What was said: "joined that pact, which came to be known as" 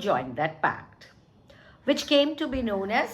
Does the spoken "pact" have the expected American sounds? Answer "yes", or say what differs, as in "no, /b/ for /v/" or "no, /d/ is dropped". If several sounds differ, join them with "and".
yes